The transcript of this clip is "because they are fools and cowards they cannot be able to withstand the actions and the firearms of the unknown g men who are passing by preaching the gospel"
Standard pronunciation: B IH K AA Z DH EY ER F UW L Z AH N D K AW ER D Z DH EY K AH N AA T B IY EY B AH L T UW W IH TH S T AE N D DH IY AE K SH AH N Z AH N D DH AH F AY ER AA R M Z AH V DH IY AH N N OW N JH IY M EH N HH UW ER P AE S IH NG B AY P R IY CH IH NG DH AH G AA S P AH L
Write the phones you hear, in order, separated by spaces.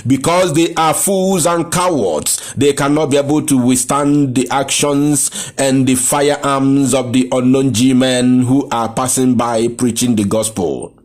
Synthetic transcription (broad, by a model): B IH K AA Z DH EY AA F UW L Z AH N K AW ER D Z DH EY K AH N AA T B IY EY B AH L T UW W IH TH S T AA N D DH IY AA K SH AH N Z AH N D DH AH F AY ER AA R M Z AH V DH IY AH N N OW N JH IY M EH N HH UW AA P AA S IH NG B AY P R IY CH IH NG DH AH G AA S P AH L